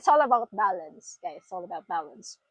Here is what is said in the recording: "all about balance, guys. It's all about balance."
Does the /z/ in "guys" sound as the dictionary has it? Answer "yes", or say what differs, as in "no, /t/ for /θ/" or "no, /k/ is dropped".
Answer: no, /z/ is dropped